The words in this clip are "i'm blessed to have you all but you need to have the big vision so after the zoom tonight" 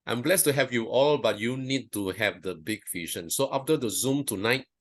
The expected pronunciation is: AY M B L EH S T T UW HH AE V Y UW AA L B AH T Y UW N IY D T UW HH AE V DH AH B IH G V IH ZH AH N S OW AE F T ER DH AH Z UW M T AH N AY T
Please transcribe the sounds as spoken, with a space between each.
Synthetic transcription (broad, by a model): AY M B L EH S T T UW HH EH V Y UW AA L B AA T Y UW N IY D T UW HH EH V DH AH B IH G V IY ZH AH N S OW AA F T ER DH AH Z UW M T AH N AY T